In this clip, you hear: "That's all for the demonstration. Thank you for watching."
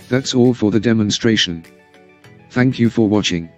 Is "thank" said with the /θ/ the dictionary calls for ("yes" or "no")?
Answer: yes